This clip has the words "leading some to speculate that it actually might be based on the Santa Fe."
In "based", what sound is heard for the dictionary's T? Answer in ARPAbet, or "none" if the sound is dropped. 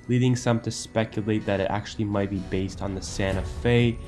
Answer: T